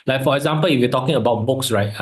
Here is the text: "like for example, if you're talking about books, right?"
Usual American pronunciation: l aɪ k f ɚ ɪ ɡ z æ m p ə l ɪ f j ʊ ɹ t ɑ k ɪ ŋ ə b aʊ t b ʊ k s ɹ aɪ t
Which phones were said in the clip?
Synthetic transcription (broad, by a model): l aɪ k f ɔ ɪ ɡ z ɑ m p ə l ɪ f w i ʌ t ɑ k ɪ ŋ ə b aʊ t b ʊ k s ɹ aɪ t